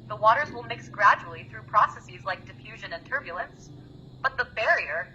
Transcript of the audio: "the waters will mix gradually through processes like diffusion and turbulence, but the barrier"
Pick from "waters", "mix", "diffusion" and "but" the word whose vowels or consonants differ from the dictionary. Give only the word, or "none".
none